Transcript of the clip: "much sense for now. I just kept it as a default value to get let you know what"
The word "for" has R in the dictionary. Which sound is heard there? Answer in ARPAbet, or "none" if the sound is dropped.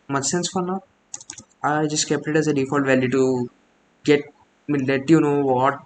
L